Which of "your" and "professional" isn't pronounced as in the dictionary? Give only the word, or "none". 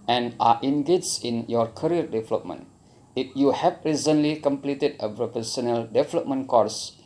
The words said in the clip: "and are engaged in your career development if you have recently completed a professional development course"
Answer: professional